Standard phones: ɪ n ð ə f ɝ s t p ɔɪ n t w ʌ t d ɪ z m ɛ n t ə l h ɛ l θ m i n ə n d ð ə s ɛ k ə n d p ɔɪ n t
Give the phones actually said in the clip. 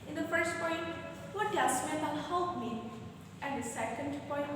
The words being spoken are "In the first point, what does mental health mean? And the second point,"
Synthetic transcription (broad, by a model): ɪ n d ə f ɝ s t p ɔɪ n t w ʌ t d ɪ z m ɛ t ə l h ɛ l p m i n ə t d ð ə s ɛ k ə n d p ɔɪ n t